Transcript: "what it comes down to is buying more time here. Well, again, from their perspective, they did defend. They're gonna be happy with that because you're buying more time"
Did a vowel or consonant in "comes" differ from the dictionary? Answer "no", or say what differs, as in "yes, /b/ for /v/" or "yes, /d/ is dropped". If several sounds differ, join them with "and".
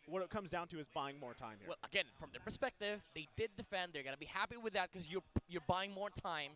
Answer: no